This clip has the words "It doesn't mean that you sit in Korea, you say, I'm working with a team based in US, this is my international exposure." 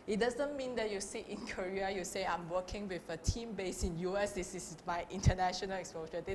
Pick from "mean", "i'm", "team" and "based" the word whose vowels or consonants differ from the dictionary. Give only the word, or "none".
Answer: based